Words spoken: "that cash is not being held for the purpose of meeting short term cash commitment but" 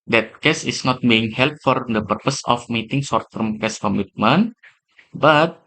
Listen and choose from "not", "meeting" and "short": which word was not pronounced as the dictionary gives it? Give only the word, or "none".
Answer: short